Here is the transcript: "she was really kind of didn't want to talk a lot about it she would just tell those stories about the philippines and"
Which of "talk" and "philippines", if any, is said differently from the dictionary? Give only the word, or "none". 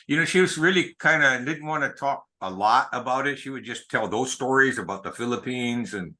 none